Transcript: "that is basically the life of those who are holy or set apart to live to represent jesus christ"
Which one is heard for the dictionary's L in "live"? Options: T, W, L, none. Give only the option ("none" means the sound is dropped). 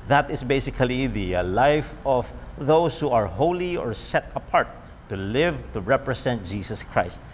L